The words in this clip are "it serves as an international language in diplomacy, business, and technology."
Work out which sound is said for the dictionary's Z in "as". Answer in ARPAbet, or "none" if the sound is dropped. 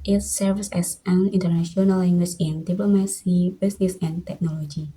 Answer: S